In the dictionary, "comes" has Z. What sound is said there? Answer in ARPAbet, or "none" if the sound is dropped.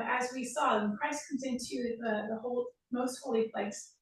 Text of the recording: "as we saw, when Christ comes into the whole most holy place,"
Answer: Z